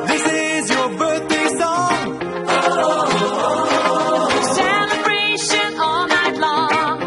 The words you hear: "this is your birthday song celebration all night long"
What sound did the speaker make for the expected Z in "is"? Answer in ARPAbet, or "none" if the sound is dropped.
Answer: Z